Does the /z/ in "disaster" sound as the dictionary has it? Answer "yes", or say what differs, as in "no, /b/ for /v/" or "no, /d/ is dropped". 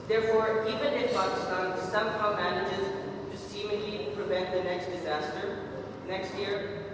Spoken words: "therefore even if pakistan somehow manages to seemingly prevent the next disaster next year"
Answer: yes